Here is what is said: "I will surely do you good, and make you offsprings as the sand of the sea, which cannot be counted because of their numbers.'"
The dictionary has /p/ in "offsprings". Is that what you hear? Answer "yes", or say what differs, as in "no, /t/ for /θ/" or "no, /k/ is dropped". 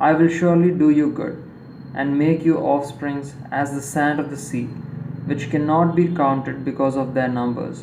yes